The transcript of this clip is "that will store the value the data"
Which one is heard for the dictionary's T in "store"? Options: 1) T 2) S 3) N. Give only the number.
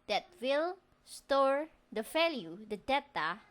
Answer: 1